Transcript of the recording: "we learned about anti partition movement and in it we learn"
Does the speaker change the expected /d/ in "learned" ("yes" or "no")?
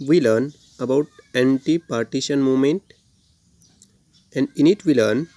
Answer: yes